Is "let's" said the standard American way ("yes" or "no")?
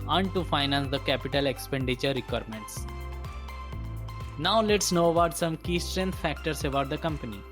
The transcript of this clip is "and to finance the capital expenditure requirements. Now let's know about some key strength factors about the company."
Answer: yes